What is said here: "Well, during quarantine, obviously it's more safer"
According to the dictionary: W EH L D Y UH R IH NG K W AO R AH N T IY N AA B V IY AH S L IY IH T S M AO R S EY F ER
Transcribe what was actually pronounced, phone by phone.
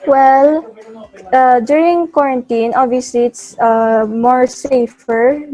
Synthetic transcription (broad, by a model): W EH L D Y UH R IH NG K W AO R AH N T IY N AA V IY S IY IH T S M AO R S EY F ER